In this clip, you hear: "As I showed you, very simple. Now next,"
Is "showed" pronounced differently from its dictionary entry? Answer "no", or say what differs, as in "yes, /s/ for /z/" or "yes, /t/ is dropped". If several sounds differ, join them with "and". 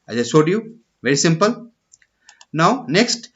yes, /s/ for /ʃ/